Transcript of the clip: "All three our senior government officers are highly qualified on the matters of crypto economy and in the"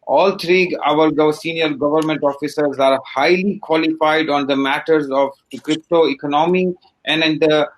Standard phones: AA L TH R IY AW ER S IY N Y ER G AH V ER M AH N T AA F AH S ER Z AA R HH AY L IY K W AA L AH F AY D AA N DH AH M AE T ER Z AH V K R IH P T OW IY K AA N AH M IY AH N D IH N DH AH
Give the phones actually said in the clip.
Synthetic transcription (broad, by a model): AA L T R IY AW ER S IY N Y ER G AH V ER M AH N T AA F AH S ER Z AA R HH AY L IY K W AA L AH F AY D AA N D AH M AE T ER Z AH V K R IH P T OW IY K AA N AH M IY AH N D IH N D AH